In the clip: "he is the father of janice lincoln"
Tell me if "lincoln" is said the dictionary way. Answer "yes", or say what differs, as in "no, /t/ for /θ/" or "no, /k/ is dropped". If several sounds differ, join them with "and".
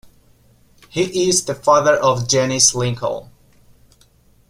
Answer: no, /l/ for /n/